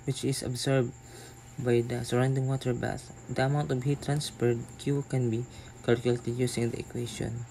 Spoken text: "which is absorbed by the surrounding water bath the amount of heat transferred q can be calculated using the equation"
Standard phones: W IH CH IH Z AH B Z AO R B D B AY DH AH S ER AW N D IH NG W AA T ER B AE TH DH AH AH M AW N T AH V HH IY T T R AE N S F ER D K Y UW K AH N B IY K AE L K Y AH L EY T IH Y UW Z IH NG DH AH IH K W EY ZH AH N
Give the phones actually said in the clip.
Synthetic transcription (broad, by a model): W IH CH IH S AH B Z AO R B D B AY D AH S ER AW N D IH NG W AA T ER B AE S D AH AH M AW N T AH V HH IY T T R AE N S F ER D K Y UW K AH N B IY K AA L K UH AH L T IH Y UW S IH NG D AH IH K W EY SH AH N